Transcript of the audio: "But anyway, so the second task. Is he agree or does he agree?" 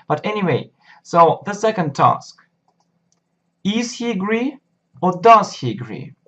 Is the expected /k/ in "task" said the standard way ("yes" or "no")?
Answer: yes